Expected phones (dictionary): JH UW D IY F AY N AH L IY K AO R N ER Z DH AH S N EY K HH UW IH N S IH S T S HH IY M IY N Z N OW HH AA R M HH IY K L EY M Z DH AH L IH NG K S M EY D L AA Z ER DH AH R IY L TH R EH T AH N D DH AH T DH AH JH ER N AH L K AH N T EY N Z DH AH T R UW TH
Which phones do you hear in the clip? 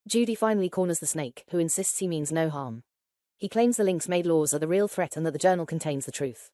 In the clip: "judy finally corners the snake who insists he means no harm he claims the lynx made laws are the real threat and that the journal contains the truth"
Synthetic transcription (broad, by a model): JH UW D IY F AY N AH L IY K AO N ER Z DH AH S N EY K HH UW IH N S IH S T S HH IY M IY N Z N OW HH AA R M HH IY K L EY M Z DH AH L IH NG K S M EY D L AA Z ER DH AH R IY L TH R EH T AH N DH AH T DH AH JH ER N AH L K AH N T EY N Z DH AH T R UW TH